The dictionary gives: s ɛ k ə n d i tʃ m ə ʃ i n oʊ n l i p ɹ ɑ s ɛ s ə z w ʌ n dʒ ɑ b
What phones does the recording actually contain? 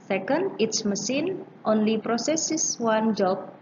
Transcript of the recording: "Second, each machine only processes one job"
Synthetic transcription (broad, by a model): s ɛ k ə n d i s m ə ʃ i n oʊ n l i p ɹ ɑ s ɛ s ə s w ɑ n dʒ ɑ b